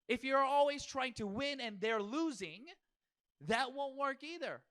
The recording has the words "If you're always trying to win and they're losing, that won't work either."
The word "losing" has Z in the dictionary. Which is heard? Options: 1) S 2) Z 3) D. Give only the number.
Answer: 2